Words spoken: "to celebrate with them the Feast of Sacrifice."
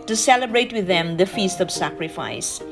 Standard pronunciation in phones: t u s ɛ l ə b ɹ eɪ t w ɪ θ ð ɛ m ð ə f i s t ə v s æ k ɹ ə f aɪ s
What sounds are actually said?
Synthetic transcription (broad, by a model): t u s ɛ l ə b ɹ eɪ t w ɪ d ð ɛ m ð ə f i s t ə v s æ k ɹ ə f aɪ s